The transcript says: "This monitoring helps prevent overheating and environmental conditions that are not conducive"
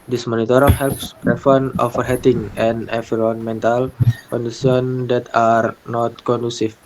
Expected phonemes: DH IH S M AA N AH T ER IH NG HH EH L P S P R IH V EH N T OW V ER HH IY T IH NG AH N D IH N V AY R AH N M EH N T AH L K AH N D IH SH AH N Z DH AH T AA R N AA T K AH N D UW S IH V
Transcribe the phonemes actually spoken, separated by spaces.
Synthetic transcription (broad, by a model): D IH S M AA N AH T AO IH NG HH EH L P S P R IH F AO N OW F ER HH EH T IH NG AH N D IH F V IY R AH N M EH N T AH L K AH N D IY S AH N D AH T AA R N AA T K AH N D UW S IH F